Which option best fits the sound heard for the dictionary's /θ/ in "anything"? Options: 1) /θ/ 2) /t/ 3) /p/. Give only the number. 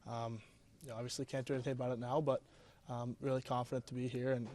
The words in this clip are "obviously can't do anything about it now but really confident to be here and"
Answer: 1